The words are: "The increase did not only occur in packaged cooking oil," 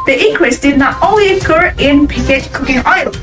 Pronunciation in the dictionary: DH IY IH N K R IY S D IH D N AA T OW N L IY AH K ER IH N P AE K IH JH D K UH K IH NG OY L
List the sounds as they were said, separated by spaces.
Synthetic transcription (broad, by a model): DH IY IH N K W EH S D IH D N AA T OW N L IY AH K ER IH N P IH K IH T K UH K IH NG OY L